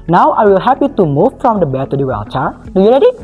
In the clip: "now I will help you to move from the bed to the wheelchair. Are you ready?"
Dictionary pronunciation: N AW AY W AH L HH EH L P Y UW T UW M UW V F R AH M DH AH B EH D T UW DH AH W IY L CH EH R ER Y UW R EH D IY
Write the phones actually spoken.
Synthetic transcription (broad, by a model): N AW AY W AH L HH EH P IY T UW M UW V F R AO M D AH B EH T UW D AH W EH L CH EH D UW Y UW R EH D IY